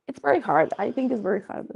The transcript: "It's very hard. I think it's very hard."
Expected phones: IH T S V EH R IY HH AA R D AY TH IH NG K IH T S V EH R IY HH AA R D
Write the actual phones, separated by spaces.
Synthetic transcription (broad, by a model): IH T S V EH R IY HH AA R D AY TH IH NG K IH T S V EH R IY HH AA R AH